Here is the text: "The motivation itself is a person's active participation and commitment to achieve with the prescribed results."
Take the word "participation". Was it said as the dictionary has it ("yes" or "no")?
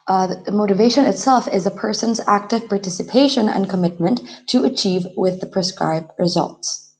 yes